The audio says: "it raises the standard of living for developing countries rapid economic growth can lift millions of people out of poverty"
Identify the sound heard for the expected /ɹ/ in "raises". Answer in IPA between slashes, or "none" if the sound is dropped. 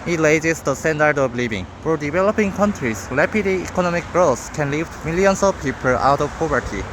/l/